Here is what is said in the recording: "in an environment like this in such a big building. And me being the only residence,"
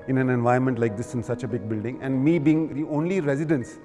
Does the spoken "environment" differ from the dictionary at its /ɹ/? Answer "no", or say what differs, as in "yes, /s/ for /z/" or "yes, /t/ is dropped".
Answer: yes, /ɹ/ is dropped